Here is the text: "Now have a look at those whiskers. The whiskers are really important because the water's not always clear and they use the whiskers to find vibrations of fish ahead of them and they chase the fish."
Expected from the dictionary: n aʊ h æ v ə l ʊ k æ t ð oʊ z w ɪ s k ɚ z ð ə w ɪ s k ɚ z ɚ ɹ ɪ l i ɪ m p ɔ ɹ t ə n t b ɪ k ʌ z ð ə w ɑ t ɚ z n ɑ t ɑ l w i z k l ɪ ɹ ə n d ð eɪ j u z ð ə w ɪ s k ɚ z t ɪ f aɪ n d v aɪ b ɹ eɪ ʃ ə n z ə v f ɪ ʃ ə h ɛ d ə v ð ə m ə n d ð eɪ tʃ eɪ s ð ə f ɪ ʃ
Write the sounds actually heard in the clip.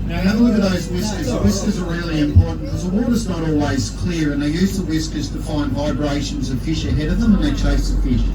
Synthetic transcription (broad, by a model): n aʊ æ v ə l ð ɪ ð oʊ z w ɪ s k ɚ z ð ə w ɪ s k ɚ z ɚ ɹ ɪ l i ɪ m p ɔ ɹ t n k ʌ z ð ə w ɑ t ɚ z n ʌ t ɑ l w i z k l ɪ ɹ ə n ð eɪ j u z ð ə w ɪ s k ɚ z t ɪ f aɪ n d v aɪ b ɹ eɪ ʃ ə n z ə v f ɪ ʃ ə h ɛ d ə v ð ə m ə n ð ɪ tʃ eɪ s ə f ɪ ʃ